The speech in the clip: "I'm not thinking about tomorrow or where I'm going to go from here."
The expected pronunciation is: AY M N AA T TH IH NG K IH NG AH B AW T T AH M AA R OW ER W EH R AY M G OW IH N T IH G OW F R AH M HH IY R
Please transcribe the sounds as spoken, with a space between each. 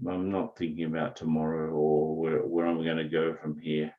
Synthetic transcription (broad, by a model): AY M N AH T TH IH NG K IH NG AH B AW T T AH M AA R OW ER W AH R AY M G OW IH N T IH G OW F R AH M HH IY R